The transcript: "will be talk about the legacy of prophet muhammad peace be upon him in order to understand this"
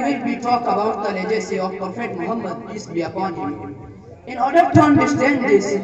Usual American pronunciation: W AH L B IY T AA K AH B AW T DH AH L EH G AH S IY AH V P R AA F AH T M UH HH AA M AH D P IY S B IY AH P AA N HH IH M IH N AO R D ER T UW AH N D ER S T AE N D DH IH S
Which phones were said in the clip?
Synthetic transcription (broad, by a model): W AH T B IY T AA K AH B AW T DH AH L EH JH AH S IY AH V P AA F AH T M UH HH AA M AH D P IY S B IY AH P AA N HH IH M IH N AO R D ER T UW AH N D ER S T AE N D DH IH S